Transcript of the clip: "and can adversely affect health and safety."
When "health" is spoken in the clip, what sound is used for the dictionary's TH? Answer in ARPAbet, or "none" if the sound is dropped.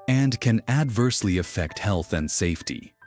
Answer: TH